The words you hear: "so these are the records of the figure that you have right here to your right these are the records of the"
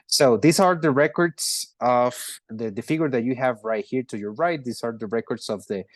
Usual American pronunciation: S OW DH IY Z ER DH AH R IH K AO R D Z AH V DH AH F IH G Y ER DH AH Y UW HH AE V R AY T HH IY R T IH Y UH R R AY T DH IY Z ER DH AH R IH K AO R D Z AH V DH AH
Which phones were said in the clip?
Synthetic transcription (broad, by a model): S OW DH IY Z ER DH AH R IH K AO R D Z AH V DH AH F IH G Y ER DH AH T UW HH AE V R AY T HH IY R T IH Y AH R R AY T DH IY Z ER DH AH R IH K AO R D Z AH V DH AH